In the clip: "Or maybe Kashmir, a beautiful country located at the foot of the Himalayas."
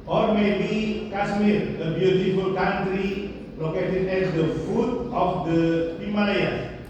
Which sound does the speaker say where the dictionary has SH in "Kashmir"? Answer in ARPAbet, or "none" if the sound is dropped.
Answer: S